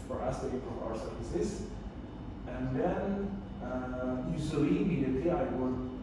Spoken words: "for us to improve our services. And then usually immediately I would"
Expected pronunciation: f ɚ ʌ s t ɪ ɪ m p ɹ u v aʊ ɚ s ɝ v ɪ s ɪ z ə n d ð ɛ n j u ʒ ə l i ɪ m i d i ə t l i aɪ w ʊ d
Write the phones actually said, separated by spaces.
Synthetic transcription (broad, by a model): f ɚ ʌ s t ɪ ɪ p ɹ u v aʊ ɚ s ɝ v ɪ s ɪ z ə n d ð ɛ n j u s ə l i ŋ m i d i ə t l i aɪ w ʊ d